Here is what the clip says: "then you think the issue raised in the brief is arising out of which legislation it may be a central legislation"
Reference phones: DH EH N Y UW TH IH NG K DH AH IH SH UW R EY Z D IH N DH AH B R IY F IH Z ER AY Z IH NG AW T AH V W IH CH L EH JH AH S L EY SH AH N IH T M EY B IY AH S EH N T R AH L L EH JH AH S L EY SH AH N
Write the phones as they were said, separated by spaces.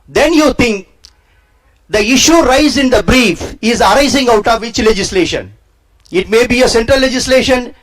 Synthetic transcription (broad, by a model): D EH N Y UW T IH NG K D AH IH SH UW R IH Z IH N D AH B R IY F IH Z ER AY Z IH NG AW T AH V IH CH L EH JH AH S L EY SH AH N IH T M EY B IY AH S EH N T R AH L L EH JH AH S L EY SH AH N